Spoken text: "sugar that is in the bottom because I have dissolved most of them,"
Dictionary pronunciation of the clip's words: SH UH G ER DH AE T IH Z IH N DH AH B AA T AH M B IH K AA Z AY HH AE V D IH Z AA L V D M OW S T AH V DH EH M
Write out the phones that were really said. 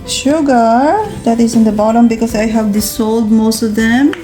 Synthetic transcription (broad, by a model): SH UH G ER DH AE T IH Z IH N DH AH B AA T AH M B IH K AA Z AY HH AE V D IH S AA L D M OW S T AH V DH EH M